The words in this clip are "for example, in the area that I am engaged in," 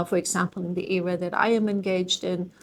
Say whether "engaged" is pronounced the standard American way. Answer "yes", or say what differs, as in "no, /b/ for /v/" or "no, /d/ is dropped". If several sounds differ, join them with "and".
yes